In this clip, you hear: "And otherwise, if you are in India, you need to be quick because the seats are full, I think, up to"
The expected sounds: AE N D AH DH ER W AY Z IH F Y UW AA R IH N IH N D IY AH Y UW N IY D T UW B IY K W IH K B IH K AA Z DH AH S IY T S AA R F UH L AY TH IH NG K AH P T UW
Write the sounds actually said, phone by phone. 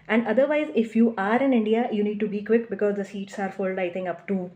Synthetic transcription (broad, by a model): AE N D AH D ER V AY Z IH F Y UW AA R IH N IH N D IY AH Y UW N IY D T UW B IY K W IH K B IH K AA Z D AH S IY T S AA R F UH L AY T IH NG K AH P T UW